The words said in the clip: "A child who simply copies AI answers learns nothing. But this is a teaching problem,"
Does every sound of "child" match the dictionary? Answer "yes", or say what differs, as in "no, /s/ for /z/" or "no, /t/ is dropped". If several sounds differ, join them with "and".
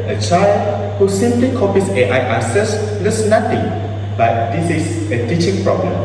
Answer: yes